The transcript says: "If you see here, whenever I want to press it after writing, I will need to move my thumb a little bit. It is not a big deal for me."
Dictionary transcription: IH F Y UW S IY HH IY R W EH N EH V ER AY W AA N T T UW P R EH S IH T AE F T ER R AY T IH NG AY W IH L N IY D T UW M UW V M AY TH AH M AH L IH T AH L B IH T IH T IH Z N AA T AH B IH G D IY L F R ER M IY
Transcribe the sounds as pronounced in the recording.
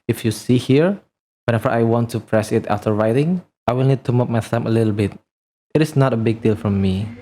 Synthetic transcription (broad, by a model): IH F Y UW S IY HH IY R W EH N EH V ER AY W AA N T T UW P R EH S IH T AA F T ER R AY T IH NG AY W IH L N IY D T UW M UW P M AY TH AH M AH L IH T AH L B IH T IH T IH S N AA T AH B IH G D IY L F R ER M IY